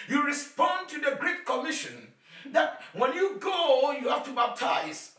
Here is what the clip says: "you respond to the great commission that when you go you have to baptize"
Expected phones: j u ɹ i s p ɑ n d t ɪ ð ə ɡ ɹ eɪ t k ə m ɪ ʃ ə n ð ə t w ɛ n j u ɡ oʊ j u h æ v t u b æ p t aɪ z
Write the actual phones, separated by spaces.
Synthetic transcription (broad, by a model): j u ɹ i s p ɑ n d t ɪ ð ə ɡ ɹ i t k ə m ɪ ʃ ə n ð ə t w ɛ n j u ɡ oʊ j u h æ f t u b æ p t aɪ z